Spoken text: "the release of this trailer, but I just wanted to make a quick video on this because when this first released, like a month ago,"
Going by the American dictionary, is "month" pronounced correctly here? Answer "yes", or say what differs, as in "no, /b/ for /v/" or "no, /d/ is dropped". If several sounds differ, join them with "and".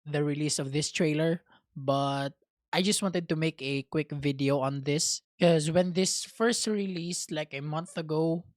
yes